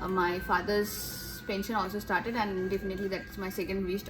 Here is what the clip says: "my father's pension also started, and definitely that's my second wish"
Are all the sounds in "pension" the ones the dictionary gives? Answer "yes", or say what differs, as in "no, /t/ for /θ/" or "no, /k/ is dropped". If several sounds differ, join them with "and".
yes